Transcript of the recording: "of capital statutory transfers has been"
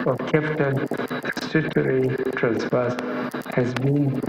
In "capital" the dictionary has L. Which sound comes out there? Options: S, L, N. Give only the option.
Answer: N